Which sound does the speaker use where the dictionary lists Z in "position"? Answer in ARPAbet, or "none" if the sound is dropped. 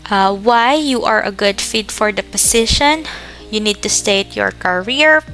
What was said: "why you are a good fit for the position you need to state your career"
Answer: S